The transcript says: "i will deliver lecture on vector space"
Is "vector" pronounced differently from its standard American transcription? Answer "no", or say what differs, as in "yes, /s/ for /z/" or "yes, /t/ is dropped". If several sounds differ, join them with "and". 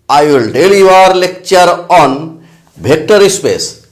yes, /b/ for /v/